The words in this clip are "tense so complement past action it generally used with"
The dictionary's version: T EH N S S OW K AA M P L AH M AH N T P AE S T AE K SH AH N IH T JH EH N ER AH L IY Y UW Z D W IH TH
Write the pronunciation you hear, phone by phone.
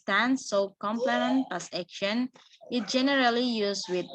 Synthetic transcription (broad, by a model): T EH N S S OW K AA M P L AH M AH N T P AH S EH K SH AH N IH T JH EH N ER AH L IY Y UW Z W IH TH